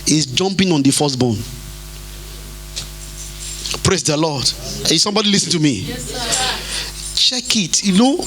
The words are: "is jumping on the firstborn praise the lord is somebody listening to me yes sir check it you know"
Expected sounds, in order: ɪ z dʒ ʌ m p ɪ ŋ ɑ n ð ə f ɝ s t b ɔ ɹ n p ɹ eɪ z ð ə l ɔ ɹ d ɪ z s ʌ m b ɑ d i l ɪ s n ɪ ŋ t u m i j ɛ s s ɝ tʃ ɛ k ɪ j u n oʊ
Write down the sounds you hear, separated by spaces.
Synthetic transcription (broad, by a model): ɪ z dʒ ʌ m p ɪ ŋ ɑ n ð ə f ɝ s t b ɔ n p ɹ eɪ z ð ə l ɔ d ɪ s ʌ m b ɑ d i l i s ɪ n t u m i tʃ ɛ k ɪ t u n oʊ